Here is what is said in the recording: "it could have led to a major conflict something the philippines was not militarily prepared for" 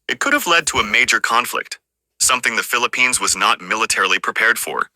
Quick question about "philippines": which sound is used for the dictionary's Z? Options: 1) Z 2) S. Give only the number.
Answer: 1